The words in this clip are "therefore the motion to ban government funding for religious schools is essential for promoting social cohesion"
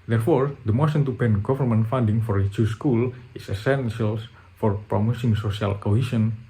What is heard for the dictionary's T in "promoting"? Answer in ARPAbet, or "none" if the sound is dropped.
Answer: S